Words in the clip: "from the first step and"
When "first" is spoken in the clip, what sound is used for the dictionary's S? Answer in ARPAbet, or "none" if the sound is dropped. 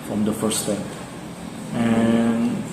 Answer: none